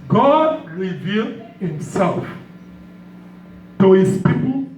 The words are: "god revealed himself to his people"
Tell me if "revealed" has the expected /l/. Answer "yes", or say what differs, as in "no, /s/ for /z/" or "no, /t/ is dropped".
yes